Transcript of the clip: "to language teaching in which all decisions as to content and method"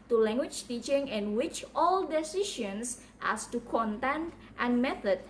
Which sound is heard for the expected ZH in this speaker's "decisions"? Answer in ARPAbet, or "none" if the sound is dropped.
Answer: SH